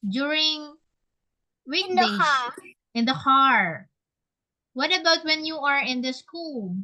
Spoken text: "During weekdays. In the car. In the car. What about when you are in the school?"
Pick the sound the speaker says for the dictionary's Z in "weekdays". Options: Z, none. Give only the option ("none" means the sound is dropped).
none